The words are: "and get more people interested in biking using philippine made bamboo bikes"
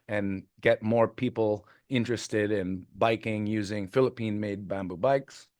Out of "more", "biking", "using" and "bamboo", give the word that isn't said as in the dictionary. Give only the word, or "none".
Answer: none